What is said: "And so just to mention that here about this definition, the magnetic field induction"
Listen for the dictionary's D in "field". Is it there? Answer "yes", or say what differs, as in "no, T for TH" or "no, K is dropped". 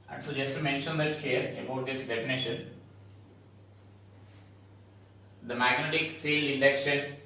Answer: no, D is dropped